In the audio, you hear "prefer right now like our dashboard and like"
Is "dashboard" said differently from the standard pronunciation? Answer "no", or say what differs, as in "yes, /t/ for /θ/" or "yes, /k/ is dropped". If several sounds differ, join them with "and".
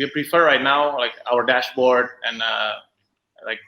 no